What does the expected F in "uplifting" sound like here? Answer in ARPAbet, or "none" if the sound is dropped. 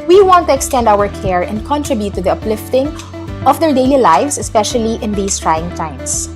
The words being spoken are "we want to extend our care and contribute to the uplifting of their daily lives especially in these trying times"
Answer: F